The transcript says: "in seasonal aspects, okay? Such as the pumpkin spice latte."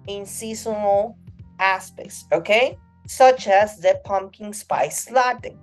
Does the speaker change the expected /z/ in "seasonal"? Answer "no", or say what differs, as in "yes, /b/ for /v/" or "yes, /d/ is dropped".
yes, /s/ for /z/